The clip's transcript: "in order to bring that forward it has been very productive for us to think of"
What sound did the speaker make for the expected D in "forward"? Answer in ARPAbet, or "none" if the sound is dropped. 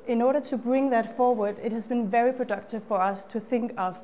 D